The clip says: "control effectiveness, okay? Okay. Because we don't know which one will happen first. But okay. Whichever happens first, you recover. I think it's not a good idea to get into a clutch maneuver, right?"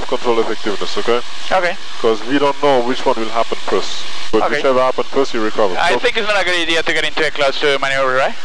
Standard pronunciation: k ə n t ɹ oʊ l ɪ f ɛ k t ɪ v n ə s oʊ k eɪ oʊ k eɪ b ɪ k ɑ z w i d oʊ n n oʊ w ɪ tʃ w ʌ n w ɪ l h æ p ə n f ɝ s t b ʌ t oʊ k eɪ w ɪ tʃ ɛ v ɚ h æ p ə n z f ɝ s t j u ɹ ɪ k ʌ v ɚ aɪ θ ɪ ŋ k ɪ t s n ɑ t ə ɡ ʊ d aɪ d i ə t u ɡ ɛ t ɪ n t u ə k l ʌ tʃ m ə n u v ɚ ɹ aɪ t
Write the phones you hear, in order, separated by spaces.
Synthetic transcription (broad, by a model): k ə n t ɹ oʊ l ɪ f ɛ k t ɪ v n ə s oʊ k eɪ oʊ k eɪ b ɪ k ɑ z w i d oʊ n n oʊ w ɪ tʃ w ʌ n w ɪ l h æ p ə n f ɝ s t b ʌ t oʊ k eɪ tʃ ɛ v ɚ h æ p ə n f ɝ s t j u ɹ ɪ k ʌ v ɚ aɪ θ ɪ ŋ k ɪ t s n ɑ t ə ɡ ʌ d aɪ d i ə t u ɡ ɛ t ɪ n t u ə k l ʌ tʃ m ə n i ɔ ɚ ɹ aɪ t